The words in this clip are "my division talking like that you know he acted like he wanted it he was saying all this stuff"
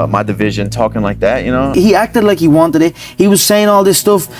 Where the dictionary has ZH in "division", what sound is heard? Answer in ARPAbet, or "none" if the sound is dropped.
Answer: ZH